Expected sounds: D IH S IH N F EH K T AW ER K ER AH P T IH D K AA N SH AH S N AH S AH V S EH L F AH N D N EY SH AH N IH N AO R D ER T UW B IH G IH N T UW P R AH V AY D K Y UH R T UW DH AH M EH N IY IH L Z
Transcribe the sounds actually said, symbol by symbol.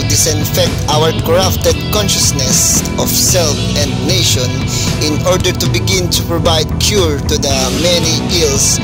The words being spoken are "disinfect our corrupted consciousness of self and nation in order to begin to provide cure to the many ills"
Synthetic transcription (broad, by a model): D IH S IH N F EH K T AW ER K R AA F T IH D K AA N SH AH S N AH S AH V S EH L F AH N D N EY SH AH N IH N AO R D ER T UW B IH G IH N T UW P R AH V AY D K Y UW R T UW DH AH M EH N IY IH L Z